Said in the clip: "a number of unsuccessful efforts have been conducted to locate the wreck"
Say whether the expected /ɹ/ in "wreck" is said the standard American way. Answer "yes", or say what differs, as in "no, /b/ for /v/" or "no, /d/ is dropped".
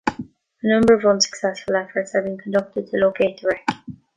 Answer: yes